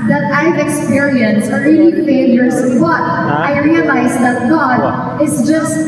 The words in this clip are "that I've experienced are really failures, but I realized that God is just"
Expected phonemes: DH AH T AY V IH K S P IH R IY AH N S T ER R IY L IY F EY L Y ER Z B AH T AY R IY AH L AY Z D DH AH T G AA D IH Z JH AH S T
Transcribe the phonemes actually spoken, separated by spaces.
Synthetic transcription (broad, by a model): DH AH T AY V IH K S P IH R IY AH N S ER R IY L IY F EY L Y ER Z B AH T AY R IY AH L AY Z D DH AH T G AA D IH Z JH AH S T